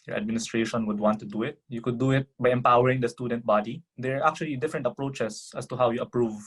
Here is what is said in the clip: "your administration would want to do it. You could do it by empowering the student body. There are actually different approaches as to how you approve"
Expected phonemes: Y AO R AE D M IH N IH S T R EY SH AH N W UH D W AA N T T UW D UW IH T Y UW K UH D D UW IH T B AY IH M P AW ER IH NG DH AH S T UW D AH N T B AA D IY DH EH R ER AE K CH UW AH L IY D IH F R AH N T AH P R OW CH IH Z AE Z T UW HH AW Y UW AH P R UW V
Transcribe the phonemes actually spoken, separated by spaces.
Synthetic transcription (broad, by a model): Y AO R AE D M IH N IH S T R EY SH AH N W UH D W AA N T T UW D UW IH T Y UW K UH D D UW IH T B AY IH M P AW ER IH NG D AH S T UW D AH N T B AA D IY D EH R AE K CH UW AH L IY D IH F R AH N T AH P R OW CH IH S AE S T UW HH AW Y UW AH P R UW V